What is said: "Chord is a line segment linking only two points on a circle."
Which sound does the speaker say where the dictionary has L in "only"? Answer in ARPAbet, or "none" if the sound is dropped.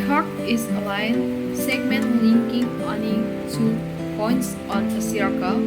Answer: none